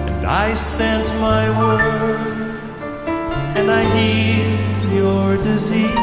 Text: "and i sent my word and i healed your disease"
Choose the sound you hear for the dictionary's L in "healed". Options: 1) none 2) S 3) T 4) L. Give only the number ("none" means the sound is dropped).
1